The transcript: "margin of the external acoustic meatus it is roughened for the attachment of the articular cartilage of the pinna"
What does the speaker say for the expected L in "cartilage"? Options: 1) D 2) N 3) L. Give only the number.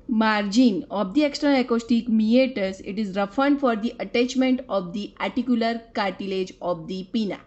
3